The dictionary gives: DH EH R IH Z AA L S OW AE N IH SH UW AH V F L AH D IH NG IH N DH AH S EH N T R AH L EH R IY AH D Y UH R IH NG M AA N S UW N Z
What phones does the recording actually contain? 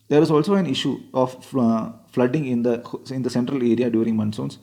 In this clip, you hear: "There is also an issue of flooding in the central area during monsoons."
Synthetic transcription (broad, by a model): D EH R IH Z AA L S OW AE N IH SH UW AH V F L AH D IH NG IH N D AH S EH N T R AH L EH R IY AH D Y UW R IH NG M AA N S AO N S